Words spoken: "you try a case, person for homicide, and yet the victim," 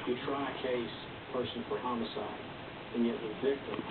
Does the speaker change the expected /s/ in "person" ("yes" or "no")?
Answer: yes